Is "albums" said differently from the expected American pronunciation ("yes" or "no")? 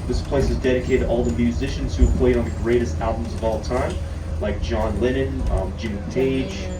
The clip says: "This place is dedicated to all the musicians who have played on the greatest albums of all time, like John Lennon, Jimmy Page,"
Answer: no